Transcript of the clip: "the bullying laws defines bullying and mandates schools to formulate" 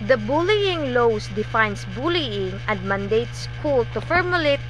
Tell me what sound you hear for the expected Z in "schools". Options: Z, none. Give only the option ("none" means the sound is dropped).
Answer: none